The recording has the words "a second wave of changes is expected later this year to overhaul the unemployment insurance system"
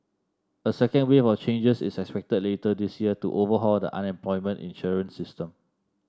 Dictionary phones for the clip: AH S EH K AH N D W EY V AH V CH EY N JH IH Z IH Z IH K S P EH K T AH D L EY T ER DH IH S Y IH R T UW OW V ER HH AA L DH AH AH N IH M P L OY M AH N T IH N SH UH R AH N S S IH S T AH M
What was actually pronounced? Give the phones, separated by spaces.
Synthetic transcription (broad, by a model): AH S EH K AH N D W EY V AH F CH EY N JH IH S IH S IH K S P EH K T AH D L EY T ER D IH S Y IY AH T UW OW V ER HH AA L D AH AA N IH M P L OY M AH N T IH N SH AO R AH N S S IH S T AH M